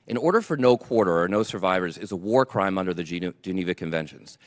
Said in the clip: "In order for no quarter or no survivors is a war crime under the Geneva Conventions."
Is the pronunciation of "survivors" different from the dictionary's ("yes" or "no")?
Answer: no